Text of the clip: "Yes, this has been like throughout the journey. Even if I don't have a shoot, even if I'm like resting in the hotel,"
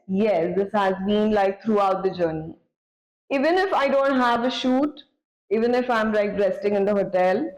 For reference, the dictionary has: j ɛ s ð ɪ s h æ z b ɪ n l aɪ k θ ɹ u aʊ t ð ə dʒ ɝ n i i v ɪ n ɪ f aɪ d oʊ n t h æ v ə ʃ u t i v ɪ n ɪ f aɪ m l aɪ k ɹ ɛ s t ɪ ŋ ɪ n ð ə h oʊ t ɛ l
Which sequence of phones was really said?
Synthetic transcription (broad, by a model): j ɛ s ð ɪ s h æ z b ɪ n l aɪ k t ɹ u aʊ t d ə dʒ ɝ n i i v ɪ n ɪ f aɪ d oʊ n t h æ v ə ʃ u t i v ɪ n ɪ f aɪ m l aɪ k ɹ ɛ s t ɪ ŋ ɪ n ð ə h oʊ t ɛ l